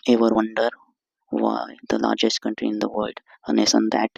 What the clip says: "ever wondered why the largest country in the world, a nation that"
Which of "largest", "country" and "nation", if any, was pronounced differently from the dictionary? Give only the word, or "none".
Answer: nation